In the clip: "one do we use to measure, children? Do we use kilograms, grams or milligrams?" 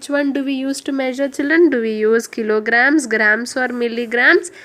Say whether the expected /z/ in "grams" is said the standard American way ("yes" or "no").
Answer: no